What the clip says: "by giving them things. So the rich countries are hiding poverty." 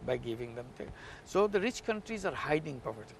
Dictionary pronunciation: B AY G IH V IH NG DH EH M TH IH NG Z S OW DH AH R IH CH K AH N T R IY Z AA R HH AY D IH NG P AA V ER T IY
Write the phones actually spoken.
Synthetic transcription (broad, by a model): B AY G IH V IH NG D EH M T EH S OW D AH R IH CH K AH N T R IY Z AA R HH AY D IH NG P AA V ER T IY